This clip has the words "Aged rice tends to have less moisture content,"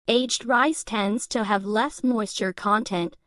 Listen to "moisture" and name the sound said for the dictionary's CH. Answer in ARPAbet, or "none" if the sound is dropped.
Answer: CH